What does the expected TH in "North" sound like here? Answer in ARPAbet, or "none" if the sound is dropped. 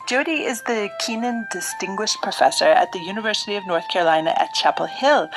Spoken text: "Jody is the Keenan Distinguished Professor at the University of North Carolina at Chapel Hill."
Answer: TH